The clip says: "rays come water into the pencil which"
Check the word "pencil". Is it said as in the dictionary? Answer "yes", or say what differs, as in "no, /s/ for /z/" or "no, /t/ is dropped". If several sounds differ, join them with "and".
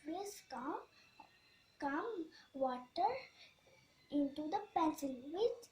no, /n/ is dropped